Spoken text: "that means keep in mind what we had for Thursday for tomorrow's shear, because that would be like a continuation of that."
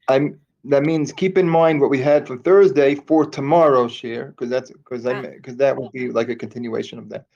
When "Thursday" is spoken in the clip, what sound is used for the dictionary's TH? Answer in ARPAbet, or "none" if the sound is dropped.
TH